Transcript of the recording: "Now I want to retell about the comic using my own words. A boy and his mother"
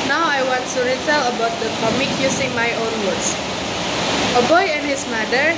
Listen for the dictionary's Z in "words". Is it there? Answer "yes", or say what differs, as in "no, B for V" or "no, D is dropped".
no, S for Z